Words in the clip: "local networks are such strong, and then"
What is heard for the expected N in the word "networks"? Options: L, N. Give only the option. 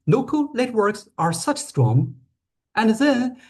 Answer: L